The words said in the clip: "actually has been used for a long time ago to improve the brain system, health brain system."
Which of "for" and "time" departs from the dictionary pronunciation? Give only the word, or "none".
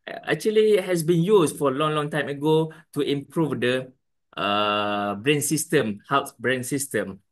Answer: for